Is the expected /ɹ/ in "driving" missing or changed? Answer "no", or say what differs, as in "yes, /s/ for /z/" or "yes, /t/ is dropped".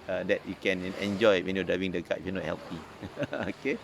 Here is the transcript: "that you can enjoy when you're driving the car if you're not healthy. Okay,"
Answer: yes, /ɹ/ is dropped